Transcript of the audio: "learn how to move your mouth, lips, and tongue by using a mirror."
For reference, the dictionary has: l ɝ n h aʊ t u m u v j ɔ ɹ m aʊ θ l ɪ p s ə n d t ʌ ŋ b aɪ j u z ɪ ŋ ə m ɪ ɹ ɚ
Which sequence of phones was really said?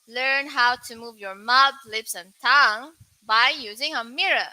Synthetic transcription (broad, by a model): l ɝ n h aʊ t u m u v j ɔ ɹ m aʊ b l ɪ p s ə n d t ʌ ŋ b aɪ j u z ɪ ŋ ə m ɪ ɹ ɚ